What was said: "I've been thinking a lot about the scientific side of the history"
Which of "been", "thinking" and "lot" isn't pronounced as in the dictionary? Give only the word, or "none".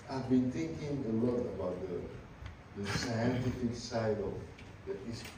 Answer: thinking